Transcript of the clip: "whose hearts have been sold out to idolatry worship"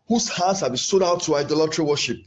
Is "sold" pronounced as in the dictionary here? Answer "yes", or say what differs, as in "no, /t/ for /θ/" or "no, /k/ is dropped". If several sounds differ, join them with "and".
no, /l/ is dropped